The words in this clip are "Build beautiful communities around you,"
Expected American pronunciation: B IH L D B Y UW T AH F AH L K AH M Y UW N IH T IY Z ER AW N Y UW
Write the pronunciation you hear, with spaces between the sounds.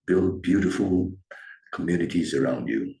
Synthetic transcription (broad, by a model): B IH L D B Y UW T AH F AH L K AH M Y UW N IH T IY Z ER AW N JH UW